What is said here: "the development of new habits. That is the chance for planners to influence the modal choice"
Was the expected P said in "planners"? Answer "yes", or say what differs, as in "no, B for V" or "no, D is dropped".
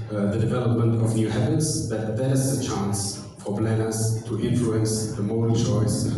no, B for P